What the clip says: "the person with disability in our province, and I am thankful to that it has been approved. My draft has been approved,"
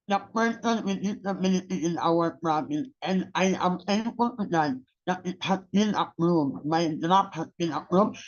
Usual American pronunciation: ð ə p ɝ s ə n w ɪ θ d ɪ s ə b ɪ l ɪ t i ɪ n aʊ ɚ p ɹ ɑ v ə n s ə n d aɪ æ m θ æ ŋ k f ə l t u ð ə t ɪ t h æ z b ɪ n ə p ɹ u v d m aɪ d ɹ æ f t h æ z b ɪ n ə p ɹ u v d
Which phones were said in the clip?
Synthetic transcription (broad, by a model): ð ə p ɝ s ə n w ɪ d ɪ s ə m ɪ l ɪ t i ɪ n aʊ ɚ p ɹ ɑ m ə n ə n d aɪ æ m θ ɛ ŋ f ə l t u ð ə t ɪ t h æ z b ɪ n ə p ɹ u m m aɪ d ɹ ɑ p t h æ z b ɪ n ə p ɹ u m